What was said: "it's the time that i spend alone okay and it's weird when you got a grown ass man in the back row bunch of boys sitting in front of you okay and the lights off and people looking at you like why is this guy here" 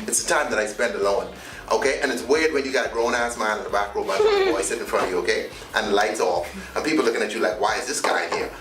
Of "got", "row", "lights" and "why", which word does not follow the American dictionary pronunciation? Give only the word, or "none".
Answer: got